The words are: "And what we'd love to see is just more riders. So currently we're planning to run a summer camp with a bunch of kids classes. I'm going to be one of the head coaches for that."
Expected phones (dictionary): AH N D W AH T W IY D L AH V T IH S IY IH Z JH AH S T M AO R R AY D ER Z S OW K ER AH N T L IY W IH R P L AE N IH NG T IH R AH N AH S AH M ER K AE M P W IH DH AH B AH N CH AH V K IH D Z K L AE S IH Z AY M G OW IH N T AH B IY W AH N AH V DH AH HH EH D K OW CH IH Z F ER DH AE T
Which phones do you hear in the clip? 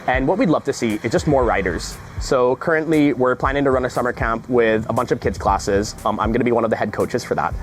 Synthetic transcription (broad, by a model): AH N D W AH T W IY D L AH V T IH S IY IH Z JH AH S T M AO R R AY D ER Z S OW K ER AH N T L IY W IH R P L AE N IH NG T IH R AH N AH S AH M ER K AE M P W IH DH AH B AH N CH AH V K IH D Z K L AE S IH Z AY M G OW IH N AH B IY W AH N AH V DH AH HH EH D K OW CH IH Z F ER DH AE T